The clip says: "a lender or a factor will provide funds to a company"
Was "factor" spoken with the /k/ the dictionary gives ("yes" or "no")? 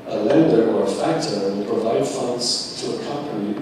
yes